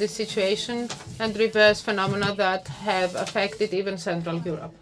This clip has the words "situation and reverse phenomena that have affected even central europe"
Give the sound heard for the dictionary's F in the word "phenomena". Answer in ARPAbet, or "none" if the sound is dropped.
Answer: F